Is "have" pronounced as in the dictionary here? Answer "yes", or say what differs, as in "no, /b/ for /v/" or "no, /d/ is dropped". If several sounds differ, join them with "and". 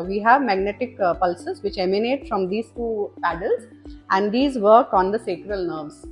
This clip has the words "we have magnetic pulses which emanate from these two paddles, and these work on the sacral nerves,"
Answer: yes